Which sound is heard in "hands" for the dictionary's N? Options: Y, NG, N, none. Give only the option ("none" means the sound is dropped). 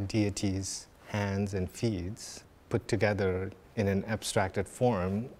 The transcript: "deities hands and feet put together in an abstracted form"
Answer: N